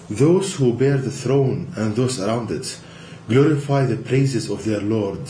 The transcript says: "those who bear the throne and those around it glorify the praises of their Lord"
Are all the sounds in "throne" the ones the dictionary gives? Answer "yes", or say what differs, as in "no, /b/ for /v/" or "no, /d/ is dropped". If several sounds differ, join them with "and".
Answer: yes